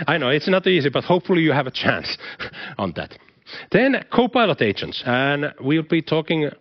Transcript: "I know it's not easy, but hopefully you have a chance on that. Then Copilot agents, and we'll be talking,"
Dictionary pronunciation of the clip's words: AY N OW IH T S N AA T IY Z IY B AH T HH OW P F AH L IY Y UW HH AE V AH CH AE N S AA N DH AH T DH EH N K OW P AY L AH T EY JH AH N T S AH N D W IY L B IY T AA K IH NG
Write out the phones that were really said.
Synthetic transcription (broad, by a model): AY N OW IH T S N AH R IY Z IY B AH T HH OW P F AH L IY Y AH V AH CH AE N S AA N DH AH T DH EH N K OW P AY L AH T EY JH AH N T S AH N W IY L B IY T AA K IH NG